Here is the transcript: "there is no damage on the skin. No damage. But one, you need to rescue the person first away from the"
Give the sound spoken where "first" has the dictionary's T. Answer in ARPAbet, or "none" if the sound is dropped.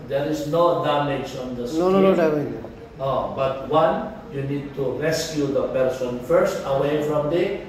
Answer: T